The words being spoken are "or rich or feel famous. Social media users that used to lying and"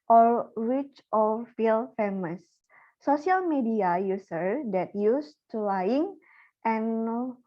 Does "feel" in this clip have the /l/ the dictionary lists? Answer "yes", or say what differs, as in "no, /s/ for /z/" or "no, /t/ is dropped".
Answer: yes